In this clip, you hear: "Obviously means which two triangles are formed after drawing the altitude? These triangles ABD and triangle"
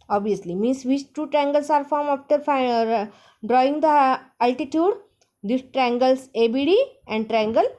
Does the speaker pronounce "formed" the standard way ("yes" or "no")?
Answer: no